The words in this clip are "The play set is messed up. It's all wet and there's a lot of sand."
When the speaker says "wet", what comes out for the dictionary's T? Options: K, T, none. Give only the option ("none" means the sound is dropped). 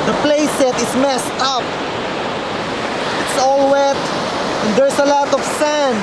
T